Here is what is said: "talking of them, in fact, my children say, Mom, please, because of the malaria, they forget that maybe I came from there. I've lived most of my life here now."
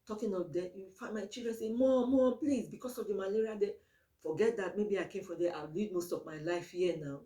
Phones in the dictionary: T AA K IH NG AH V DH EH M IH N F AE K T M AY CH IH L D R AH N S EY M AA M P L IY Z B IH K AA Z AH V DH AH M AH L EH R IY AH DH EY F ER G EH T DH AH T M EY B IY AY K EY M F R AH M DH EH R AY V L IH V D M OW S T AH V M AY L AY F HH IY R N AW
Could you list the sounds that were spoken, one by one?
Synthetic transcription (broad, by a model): T AA K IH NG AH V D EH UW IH F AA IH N M AY CH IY L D R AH N S EY M AA M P L IY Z B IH K AA S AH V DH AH M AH L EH R IY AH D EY F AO G EH T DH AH T M EY B IY AY K EY M F R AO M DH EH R AY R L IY D M OW S T AH V M AY L AY F HH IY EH N AW